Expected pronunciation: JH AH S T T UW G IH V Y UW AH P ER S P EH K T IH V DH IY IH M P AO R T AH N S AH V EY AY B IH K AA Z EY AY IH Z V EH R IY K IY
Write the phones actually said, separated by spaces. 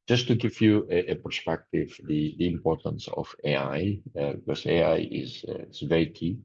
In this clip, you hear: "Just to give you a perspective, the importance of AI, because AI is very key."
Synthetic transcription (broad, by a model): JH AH S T T UW G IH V Y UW AH P ER S P EH K T IH V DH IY IH M P AO R T AH N S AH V EY AY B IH K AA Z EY AY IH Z V EH R IY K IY